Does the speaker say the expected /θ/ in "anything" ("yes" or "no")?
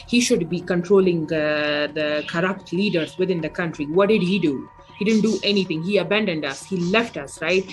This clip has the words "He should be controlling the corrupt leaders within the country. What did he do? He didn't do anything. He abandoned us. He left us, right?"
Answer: no